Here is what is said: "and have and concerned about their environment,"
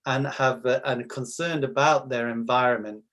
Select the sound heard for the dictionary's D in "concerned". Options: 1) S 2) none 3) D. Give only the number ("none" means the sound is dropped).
2